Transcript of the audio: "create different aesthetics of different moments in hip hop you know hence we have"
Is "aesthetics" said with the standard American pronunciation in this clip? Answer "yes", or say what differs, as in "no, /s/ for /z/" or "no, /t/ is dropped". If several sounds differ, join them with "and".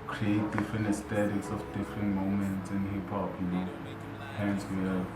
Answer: no, /t/ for /θ/